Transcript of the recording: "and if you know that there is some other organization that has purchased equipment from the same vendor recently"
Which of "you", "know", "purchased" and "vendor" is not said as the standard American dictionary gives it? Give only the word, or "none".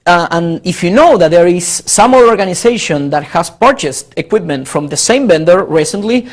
vendor